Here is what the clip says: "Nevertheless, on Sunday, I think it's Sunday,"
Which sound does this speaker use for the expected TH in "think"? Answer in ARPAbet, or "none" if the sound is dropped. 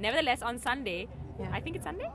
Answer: T